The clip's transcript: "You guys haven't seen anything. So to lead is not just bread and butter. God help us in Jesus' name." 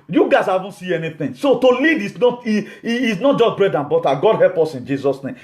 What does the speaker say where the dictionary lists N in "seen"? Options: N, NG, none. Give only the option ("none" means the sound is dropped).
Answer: none